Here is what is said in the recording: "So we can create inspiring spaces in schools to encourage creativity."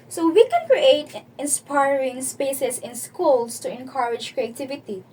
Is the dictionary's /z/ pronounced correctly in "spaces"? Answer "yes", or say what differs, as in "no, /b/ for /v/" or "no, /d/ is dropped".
no, /s/ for /z/